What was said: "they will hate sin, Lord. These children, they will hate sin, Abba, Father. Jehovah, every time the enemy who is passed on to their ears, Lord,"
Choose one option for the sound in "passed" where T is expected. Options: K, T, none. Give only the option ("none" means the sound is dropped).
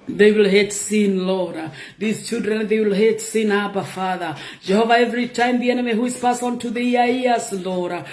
none